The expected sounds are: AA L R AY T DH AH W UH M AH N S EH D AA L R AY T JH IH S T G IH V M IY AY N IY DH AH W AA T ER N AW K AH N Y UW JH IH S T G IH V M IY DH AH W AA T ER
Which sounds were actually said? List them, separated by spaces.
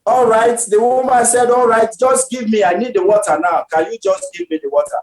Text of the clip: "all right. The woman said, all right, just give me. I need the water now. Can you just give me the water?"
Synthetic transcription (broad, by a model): AA L R AY T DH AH W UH M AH N S EH D AA L R AY T JH IH S T G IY V M IY AY N IY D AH W AA T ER N AW K AH N Y UW JH IH S T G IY V M IY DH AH W AA T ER